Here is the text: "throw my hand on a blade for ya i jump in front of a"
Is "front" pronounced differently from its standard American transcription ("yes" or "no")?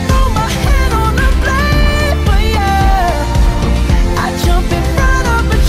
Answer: yes